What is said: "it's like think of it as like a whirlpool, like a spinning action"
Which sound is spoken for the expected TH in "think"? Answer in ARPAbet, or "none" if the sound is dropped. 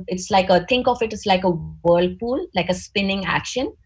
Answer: T